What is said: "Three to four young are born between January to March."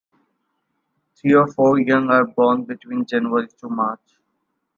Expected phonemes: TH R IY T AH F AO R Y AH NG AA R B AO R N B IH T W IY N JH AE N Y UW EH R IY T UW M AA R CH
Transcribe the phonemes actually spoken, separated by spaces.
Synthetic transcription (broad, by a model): T R IY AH F AO R Y AH NG AA R B AO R N B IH T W IY N JH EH N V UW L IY T UW M AA R CH